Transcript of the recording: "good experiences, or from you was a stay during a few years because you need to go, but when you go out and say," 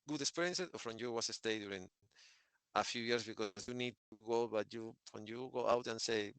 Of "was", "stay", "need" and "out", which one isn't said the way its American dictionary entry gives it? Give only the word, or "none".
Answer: was